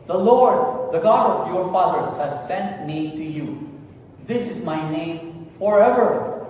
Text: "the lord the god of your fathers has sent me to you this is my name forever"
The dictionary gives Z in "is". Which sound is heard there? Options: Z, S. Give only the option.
Z